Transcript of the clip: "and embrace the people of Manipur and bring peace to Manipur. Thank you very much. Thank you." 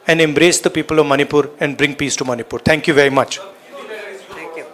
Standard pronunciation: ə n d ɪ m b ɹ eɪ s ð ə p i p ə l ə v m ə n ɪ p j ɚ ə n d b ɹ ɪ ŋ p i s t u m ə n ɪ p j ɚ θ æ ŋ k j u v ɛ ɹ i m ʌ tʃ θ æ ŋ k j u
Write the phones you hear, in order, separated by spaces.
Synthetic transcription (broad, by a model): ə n d ɪ m b ɹ eɪ s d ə p i p ə l ə v m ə n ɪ p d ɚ ə n d b ɹ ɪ ŋ p i s t u m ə n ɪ p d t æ ŋ k j u v ɛ ɹ i m ʌ tʃ